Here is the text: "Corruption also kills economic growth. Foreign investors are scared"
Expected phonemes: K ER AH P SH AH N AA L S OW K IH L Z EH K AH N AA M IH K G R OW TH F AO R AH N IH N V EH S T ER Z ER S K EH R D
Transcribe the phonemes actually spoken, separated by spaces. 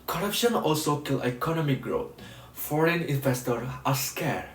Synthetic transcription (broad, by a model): K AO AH P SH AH N AA L S OW K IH L EH K AH N AA M IH K G R OW T F AO R AH N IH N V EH S T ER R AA S K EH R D